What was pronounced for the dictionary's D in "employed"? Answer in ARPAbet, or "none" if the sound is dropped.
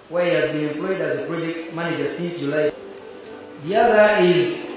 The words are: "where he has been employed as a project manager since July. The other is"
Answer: D